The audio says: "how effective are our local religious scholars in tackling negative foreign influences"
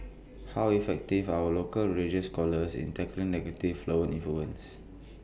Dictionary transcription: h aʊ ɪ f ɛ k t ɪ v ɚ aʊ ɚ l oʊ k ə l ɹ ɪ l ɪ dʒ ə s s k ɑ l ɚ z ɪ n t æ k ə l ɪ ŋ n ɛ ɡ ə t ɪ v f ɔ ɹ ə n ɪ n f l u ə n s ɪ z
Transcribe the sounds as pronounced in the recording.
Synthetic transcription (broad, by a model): h aʊ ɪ f ɛ k t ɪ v aʊ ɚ l oʊ k ə l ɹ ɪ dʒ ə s s k ɑ l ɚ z ɪ n t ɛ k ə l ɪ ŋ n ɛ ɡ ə t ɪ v f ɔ ə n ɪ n f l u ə n s